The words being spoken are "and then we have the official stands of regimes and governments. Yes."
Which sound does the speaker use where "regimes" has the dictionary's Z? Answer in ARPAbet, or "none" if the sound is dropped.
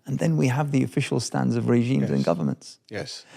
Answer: Z